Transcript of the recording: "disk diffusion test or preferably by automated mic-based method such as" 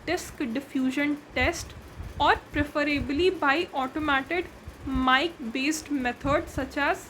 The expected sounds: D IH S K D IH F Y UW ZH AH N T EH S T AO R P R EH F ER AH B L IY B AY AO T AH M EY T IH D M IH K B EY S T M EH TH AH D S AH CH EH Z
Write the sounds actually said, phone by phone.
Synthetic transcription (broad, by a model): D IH S K D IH F Y UW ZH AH N T EH S T AO R P R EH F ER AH B L IY B AY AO T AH M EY T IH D M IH K B EY S T M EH T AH D S AH CH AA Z